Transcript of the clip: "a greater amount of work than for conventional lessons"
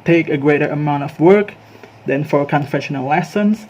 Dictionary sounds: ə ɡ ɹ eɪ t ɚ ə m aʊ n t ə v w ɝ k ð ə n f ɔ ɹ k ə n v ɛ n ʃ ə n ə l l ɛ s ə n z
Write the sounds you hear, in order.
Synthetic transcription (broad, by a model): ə ɡ ɹ eɪ t ɚ ə m aʊ n t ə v w ɝ k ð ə n f ɔ ɹ k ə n f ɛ ʃ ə n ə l l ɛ s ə n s